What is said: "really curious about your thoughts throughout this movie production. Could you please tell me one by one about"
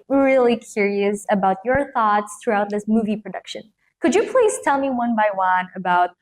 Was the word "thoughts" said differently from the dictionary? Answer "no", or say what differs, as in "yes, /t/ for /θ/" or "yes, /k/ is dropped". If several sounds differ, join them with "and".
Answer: no